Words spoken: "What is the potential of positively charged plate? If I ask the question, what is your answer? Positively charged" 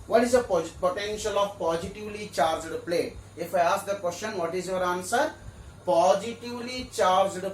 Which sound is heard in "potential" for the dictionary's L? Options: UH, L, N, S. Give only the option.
L